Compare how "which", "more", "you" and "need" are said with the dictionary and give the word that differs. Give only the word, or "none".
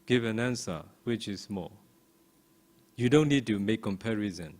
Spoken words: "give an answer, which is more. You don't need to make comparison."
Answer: more